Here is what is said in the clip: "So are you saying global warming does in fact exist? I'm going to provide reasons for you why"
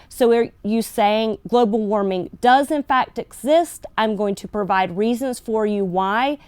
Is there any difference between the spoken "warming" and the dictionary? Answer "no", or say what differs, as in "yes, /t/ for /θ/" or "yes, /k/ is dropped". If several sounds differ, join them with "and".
no